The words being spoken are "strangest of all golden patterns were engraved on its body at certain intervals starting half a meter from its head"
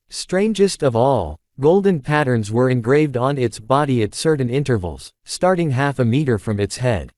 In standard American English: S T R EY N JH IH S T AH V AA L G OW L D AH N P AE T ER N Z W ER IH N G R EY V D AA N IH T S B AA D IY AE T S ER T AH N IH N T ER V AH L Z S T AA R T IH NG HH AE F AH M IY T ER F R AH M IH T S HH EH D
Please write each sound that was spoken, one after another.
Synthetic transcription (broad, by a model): S T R EY N JH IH S T AH V AA L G OW L D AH N P AE T ER N Z W ER IH N G R EY V D N IH T S B AA D IY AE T S ER T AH N IH N T ER V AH L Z S T AA R T IH NG HH AE F AH M IY T ER F R AH M IH T S HH EH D